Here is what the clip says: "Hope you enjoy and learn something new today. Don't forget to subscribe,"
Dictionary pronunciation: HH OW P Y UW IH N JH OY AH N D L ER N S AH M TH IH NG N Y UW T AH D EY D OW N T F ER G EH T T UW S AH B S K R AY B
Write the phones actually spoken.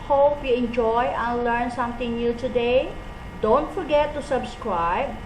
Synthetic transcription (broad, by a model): HH OW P Y UW IH N JH OY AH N L ER N S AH M T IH NG N Y UW T AH D EY D OW N T F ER G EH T T UW S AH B S K R AY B